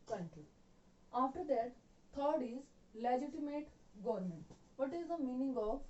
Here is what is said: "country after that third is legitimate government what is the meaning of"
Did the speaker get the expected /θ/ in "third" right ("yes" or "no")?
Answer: no